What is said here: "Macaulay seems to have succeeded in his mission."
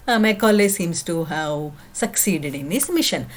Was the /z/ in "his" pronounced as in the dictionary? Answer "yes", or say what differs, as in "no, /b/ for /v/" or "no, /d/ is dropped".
no, /s/ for /z/